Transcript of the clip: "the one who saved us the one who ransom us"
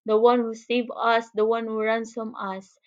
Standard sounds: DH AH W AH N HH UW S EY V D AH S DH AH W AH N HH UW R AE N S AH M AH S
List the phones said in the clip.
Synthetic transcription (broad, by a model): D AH W AH N HH UW S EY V AH S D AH W AH N HH UW R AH N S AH M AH S